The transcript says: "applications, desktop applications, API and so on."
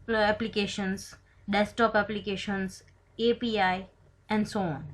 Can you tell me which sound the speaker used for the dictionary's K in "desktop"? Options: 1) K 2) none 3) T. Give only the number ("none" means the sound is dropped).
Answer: 2